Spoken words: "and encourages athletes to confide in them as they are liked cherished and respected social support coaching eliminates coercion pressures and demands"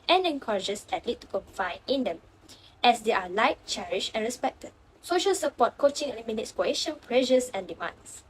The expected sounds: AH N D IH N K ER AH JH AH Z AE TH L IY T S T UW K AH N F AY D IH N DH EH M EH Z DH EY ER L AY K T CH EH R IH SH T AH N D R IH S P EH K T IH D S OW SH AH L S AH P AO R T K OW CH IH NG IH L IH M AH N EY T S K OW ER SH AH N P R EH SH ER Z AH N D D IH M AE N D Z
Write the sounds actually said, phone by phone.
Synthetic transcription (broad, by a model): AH N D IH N K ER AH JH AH S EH T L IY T T UW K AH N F AY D IH N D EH M EH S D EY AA L AY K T CH EH R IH SH AH N R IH S P EH K T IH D S OW SH AH L S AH P AO T K OW CH IH NG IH L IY M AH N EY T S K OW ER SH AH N P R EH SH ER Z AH N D D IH M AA N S